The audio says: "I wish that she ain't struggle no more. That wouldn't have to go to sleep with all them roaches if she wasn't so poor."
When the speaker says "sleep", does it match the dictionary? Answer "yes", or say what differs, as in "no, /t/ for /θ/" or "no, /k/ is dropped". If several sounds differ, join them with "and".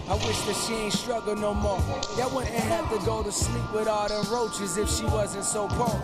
yes